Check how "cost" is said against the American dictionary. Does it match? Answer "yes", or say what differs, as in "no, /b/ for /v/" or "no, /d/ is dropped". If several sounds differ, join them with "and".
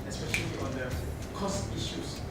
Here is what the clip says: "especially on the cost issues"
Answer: yes